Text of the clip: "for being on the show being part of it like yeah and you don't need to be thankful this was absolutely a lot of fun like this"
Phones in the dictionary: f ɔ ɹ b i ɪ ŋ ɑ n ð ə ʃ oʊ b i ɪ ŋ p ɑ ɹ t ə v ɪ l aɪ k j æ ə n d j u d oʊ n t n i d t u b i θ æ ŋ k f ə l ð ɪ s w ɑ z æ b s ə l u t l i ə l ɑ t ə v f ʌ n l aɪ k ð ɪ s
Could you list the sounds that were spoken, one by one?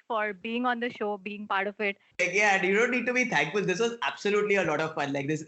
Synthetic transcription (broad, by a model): f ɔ ɹ b i ɪ ŋ ɑ n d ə ʃ oʊ b i ɪ ŋ p ɑ ɹ t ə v ɪ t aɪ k j æ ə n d j u d oʊ n t n i d t u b i t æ ŋ k f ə l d ɪ s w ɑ z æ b s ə l u t l i ə l ɑ t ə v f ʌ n l aɪ k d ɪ s